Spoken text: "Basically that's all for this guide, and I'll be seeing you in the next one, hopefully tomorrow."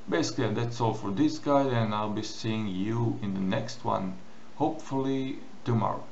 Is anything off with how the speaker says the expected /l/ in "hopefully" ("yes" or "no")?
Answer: no